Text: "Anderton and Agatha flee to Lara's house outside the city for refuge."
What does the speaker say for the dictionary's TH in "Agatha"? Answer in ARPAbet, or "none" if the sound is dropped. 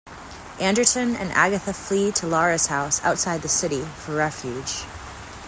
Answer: TH